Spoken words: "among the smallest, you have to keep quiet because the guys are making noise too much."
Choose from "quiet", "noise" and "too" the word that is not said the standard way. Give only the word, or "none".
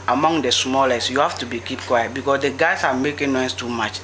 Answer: noise